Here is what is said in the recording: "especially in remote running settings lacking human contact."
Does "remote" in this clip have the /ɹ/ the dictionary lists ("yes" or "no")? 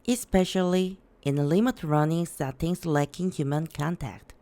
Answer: no